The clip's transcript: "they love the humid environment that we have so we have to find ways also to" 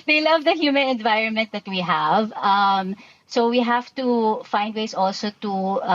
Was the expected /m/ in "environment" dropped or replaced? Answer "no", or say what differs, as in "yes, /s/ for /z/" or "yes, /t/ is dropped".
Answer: no